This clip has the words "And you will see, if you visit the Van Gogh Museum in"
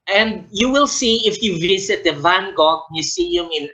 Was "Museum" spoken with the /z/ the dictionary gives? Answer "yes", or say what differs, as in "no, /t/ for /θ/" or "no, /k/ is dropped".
no, /s/ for /z/